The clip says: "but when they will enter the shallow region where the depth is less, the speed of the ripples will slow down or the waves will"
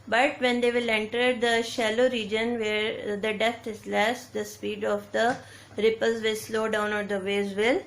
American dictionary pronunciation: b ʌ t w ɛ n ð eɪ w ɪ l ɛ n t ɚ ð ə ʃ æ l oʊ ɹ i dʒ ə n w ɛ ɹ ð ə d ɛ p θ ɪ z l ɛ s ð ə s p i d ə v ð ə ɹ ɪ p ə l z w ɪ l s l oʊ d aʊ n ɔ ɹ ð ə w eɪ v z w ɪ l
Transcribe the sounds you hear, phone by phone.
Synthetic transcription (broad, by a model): b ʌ t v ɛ n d eɪ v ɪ l ɛ n t ɚ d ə ʃ æ l oʊ ɹ i dʒ ə n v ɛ ɹ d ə d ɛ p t ɪ z l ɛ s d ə s p i d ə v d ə ɹ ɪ p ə l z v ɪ l s l oʊ d aʊ n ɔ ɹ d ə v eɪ z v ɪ l